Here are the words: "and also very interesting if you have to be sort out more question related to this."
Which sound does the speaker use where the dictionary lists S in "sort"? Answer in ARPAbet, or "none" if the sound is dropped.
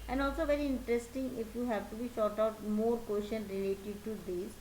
SH